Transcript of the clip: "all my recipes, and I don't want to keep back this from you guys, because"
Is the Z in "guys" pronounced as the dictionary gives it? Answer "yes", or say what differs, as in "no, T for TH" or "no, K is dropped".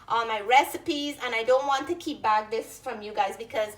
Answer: yes